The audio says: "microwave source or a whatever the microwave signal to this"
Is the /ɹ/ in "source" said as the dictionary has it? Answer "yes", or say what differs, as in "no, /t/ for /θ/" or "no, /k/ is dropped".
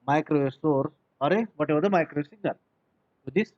yes